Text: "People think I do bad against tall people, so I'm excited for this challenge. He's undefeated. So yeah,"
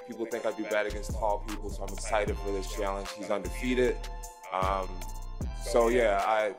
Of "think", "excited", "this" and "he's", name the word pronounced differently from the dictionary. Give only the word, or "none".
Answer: none